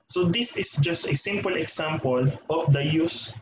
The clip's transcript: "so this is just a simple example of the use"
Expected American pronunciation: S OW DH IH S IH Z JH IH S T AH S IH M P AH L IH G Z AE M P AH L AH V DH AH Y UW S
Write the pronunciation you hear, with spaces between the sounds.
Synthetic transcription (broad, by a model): S OW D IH S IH S JH IH S T AH S IH M P AH L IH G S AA M P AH L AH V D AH Y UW S